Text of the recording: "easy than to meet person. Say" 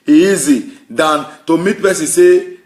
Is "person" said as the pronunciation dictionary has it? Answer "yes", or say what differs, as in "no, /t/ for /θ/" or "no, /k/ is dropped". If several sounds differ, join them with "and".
no, /b/ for /p/